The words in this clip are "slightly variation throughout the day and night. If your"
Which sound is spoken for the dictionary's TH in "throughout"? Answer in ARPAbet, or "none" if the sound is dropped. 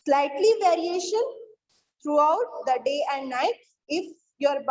T